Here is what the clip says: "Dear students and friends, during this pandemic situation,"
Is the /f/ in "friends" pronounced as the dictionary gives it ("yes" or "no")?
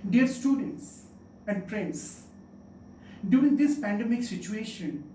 no